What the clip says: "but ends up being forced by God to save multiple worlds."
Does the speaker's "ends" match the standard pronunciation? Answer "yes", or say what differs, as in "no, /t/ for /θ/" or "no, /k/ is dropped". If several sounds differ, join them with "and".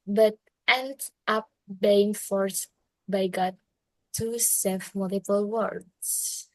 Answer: no, /z/ is dropped